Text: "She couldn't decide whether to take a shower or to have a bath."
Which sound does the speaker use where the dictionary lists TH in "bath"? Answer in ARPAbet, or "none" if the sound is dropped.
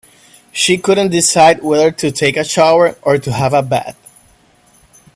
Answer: T